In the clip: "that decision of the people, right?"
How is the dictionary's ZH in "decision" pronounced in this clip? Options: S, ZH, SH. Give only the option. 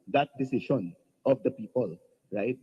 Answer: SH